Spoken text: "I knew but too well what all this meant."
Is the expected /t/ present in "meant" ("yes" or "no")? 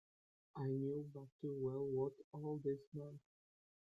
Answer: no